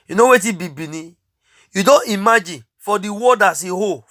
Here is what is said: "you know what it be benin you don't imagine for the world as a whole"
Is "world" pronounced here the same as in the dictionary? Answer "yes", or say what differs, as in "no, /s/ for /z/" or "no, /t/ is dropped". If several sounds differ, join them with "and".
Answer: no, /l/ is dropped